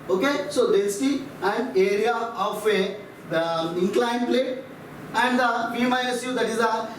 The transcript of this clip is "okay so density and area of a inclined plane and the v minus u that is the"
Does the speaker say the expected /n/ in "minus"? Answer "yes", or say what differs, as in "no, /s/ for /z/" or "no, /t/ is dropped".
no, /n/ is dropped